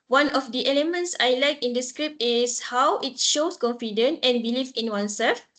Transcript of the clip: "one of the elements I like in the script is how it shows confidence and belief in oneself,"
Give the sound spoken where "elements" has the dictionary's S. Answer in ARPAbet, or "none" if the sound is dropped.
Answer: S